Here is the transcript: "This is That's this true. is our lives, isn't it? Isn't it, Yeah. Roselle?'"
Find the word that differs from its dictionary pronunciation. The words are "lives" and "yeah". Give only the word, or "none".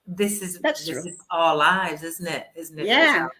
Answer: none